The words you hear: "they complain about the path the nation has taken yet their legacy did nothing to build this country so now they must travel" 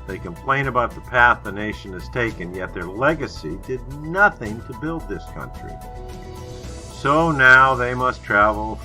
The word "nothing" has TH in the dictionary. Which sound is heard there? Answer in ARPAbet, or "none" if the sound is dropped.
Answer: TH